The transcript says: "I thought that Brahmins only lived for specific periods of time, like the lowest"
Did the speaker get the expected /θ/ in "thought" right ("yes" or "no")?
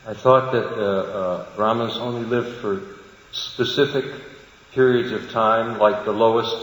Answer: yes